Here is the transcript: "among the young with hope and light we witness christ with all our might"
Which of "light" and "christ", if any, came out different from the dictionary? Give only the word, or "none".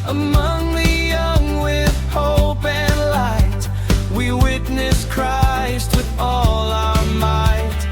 none